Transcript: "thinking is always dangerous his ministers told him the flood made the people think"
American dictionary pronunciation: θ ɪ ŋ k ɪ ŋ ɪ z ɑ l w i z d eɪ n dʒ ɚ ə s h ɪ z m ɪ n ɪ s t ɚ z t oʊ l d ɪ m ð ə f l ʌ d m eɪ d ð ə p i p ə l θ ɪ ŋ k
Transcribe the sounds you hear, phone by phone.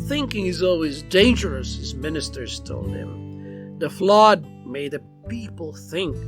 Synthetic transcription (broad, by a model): θ ɪ ŋ k ɪ ŋ ɪ z ɑ l w i z d eɪ n dʒ ɚ ə s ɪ z m ɪ n ɪ s t ɚ z t oʊ l d ɪ m ð ə f l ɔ d m eɪ d ð ə p i p l θ ɪ ŋ k